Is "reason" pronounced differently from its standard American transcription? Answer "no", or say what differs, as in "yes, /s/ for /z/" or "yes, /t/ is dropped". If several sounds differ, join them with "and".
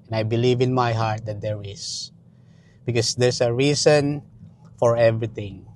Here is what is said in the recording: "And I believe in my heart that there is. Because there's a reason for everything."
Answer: yes, /s/ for /z/